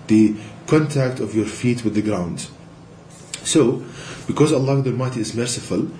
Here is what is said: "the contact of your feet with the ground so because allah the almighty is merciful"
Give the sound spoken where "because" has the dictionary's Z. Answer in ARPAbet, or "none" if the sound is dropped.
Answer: Z